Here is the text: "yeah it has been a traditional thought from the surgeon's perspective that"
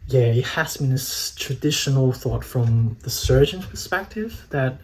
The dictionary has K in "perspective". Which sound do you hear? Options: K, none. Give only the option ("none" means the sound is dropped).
K